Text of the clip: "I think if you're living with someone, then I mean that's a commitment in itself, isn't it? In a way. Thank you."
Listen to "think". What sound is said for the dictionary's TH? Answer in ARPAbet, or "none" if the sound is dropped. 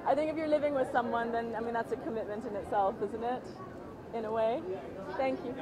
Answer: TH